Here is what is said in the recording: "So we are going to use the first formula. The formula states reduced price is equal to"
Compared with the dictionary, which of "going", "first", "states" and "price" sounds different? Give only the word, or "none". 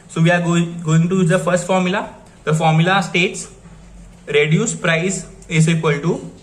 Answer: none